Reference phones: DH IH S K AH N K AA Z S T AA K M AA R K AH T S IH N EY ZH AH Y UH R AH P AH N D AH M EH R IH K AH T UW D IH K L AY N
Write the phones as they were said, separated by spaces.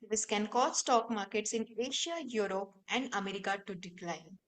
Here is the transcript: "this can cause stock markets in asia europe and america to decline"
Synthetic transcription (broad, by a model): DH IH S K AH N K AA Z S T AA K M AA R K AH T S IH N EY SH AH Y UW R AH P AH N D AH M EH R IH K AH T UW D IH K L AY N